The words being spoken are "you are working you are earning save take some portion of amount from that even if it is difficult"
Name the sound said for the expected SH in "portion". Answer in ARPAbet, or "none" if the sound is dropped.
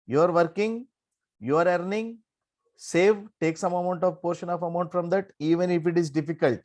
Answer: SH